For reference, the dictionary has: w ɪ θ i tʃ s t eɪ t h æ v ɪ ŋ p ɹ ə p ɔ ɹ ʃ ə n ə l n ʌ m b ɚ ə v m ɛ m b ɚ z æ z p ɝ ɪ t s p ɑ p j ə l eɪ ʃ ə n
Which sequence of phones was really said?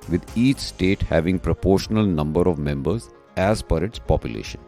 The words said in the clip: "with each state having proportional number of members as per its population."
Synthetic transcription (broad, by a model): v ɪ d i tʃ s t eɪ t h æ v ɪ ŋ p ɹ ə p ɔ ɹ ʃ ə n ə l n ʌ m b ɚ ə v m ɛ m b ɚ z æ z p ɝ ɪ t s p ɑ p j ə l eɪ ʃ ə n